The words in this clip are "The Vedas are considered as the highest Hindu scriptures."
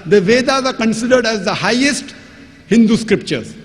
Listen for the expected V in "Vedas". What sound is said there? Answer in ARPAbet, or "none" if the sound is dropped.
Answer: V